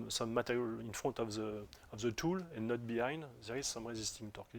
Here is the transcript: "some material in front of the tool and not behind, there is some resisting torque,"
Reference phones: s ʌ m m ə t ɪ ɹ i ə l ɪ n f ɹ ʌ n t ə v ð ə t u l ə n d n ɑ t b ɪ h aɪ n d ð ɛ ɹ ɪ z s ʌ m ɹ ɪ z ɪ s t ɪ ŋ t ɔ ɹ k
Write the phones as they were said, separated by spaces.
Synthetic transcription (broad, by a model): s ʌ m m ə t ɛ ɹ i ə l ɪ n f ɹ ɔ n t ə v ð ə t u l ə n n ɑ t b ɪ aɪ n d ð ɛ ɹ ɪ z s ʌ m ɹ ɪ z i s t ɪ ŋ t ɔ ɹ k